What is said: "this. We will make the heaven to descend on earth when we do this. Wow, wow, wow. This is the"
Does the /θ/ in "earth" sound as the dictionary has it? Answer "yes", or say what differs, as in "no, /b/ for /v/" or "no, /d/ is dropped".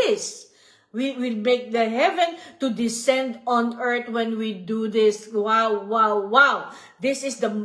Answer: no, /t/ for /θ/